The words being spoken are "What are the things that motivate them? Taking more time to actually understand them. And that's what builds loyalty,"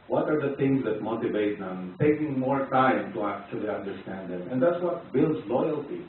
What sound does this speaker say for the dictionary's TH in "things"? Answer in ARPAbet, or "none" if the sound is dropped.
T